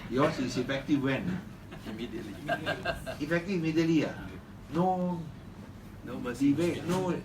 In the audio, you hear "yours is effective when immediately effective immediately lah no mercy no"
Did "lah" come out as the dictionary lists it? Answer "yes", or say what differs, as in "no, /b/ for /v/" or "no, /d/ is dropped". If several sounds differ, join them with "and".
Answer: no, /n/ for /l/